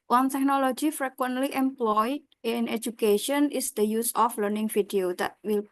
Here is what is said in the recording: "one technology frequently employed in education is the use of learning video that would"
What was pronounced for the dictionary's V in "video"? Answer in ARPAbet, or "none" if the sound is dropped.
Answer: F